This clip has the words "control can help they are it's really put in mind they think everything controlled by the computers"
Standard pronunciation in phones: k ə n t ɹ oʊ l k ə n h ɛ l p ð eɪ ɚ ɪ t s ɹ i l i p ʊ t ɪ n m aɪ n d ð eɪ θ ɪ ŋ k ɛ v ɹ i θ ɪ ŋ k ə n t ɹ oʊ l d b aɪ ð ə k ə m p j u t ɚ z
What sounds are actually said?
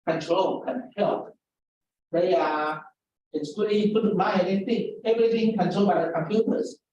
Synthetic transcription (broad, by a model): k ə n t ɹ oʊ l k ə n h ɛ l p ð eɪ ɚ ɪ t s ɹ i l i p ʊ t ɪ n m aɪ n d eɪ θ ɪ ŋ ɛ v ɹ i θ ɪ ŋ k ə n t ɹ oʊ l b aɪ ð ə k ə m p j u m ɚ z